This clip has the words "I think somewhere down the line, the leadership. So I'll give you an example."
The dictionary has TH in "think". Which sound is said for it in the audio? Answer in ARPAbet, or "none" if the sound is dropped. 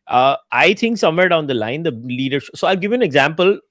T